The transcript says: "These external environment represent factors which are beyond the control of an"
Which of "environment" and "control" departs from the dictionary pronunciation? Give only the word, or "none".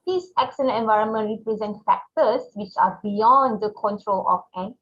none